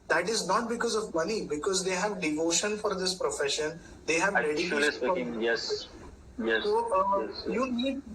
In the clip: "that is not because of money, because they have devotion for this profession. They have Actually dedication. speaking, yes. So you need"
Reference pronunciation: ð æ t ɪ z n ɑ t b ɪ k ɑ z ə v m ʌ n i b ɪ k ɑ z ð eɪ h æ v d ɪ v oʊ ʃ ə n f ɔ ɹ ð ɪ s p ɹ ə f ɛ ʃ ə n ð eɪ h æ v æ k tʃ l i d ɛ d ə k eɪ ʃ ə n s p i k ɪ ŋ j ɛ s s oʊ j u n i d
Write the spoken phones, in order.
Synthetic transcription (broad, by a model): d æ t ɪ z n ɑ t b ɪ k ɑ z ə v m ʌ n i b ɪ k ɑ z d eɪ h æ v d ɪ v oʊ ʃ ə n f ɔ ɹ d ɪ s p ɹ ə f ɛ ʃ ə n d eɪ h æ v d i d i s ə ɔ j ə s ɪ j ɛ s s oʊ j u n i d